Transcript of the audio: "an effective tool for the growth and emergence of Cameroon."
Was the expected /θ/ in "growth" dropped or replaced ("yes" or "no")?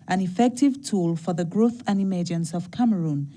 no